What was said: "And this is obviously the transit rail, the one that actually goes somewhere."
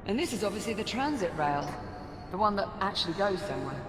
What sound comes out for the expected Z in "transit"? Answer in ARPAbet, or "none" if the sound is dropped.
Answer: Z